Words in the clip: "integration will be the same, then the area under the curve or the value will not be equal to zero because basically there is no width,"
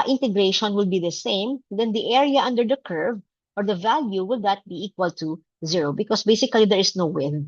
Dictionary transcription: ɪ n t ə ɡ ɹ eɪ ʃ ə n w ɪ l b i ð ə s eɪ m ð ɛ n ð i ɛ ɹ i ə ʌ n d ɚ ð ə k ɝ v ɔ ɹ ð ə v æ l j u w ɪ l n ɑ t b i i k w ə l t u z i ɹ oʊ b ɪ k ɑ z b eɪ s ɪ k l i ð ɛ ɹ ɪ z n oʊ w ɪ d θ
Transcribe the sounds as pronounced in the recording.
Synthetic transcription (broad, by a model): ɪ n t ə ɡ ɹ eɪ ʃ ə n w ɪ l b i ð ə s eɪ m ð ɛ n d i ɛ ɹ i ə ʌ n d ɚ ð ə k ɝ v ɔ ɹ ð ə v æ l j u w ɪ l n ɑ t b i i k w ə l t u z i ɹ oʊ b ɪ k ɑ s b eɪ s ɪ k l i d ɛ ɹ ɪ s n oʊ w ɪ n